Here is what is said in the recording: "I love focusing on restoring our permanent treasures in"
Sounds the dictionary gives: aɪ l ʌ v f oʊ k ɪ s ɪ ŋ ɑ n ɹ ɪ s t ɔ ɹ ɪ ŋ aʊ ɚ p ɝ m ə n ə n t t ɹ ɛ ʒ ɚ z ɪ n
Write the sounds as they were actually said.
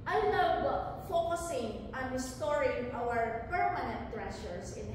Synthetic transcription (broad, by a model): aɪ l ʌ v f oʊ k ɪ s ɪ ŋ ɑ n ɹ ɪ s t ɔ ɹ ɪ ŋ aʊ ɚ p ɝ m ə n ə n t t ɹ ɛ ʃ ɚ s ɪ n